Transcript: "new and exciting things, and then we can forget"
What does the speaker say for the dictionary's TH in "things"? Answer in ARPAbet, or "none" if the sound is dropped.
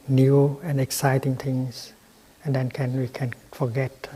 T